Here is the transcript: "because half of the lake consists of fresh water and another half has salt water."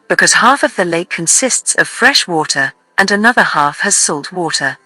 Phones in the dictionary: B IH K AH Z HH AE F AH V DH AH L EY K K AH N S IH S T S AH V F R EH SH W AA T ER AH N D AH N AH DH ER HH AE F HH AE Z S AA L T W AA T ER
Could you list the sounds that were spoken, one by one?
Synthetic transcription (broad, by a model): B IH K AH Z HH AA F AH V DH AH L EY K K AH N S IH S T S AH V F R EH SH W AA T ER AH N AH N AH DH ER HH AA F HH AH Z S AA L T W AA T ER